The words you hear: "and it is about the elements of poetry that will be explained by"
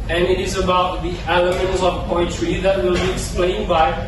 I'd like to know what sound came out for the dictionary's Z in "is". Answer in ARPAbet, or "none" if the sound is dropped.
Z